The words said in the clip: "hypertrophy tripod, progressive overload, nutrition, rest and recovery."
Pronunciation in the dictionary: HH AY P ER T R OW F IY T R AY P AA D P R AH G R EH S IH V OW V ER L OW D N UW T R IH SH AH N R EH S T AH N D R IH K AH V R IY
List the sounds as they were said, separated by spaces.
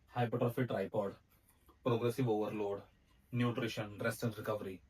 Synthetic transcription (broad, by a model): HH AY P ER T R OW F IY T R AY P AA D P R AH G R EH S IH V OW V ER L OW D N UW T R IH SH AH N R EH S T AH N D R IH K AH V R IY